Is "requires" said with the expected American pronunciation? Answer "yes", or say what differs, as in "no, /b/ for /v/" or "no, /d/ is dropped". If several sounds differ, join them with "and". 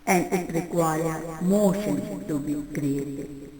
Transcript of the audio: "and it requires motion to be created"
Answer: no, /z/ is dropped